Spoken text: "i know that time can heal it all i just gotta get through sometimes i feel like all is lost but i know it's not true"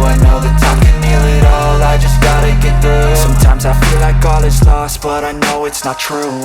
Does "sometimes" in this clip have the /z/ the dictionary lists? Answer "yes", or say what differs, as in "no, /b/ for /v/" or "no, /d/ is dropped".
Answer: yes